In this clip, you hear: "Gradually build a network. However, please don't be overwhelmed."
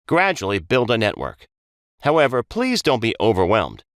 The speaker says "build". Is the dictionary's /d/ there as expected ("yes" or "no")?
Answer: yes